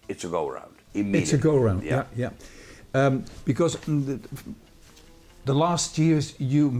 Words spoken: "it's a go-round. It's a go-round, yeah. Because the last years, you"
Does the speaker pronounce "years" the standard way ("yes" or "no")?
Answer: yes